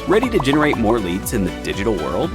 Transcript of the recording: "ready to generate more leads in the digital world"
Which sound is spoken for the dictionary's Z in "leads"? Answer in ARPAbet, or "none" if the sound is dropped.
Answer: Z